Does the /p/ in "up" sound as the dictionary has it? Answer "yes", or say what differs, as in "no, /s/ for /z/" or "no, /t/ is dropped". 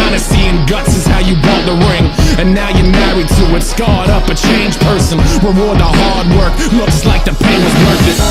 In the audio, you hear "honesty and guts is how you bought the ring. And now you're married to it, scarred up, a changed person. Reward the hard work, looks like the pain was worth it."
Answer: yes